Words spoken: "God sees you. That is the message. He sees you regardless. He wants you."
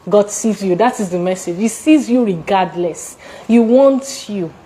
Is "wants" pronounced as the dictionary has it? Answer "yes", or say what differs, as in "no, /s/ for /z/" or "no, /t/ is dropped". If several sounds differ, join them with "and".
no, /s/ is dropped